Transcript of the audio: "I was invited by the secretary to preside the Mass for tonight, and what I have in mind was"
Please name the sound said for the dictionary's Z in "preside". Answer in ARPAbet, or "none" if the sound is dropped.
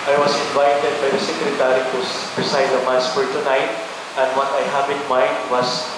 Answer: S